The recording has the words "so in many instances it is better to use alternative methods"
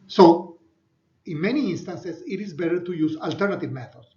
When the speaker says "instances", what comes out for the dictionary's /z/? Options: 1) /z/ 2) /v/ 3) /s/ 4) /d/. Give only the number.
3